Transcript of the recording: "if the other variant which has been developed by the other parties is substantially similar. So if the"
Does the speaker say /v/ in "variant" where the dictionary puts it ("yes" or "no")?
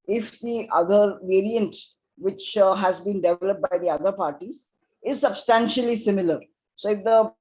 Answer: yes